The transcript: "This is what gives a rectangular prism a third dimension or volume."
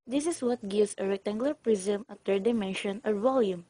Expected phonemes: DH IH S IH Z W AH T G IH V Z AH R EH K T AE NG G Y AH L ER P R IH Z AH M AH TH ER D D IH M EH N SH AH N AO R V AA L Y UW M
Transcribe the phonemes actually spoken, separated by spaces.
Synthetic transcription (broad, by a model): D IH S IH S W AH T G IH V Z AH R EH K T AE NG G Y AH L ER P R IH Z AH M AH T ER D D IH M EH N SH AH N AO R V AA L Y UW M